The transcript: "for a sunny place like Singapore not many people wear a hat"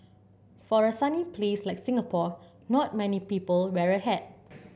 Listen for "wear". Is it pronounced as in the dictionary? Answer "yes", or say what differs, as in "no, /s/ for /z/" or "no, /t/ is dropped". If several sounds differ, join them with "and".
yes